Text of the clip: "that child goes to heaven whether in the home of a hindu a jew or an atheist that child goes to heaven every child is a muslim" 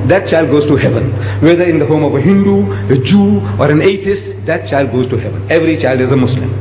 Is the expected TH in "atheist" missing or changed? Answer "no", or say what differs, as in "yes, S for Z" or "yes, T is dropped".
yes, T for TH